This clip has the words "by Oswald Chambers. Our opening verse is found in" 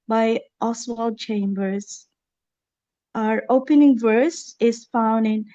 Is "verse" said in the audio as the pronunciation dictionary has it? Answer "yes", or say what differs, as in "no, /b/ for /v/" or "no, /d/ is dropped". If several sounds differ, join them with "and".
yes